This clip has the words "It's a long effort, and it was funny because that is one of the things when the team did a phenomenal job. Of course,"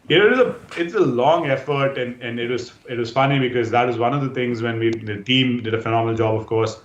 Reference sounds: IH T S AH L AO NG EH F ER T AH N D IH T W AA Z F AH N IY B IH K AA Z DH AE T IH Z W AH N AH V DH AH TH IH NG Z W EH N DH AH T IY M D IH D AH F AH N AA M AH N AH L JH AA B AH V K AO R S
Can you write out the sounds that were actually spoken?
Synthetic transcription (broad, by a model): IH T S AH L AO NG EH F ER T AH N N IH T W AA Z F AH N IY B IH K AA Z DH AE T IH Z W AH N AH V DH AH T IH NG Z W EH N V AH T IY M D IH D AH F AH N AA M AH N AH L JH AA B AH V K AO R S